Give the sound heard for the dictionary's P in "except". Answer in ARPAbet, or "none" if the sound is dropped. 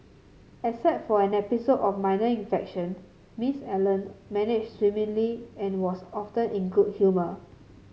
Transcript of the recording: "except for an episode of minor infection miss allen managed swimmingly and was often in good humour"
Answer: none